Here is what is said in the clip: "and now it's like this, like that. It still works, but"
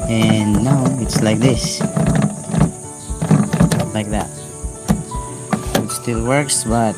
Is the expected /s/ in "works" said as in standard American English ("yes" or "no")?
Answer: yes